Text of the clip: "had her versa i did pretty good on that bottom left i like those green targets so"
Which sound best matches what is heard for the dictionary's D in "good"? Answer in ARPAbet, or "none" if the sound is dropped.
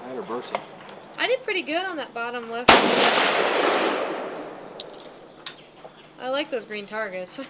D